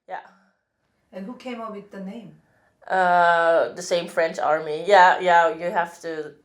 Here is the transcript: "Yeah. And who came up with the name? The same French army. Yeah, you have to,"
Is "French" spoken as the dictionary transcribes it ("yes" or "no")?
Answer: yes